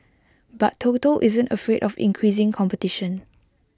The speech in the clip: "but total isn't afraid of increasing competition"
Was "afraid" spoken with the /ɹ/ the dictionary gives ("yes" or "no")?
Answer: yes